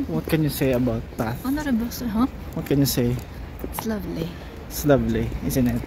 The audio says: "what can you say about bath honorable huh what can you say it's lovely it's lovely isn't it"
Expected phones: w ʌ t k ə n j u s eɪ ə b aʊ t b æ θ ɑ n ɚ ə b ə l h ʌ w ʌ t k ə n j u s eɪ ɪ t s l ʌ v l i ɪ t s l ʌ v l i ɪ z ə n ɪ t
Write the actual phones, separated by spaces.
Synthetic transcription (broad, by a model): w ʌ t k ə n j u s eɪ ə b aʊ t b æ t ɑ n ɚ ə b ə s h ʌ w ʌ t k ə n j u s eɪ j s l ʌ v l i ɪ s l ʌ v l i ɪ s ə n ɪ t